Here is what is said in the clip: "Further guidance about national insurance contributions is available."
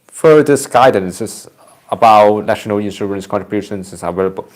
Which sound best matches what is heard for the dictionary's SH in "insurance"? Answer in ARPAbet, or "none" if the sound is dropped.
S